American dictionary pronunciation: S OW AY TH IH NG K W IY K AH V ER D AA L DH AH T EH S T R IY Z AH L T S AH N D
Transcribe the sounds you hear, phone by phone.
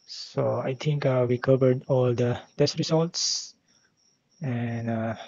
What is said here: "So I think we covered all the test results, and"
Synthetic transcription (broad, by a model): S OW AY T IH NG K W IY K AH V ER D AA L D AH T EH S T R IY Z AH L T S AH N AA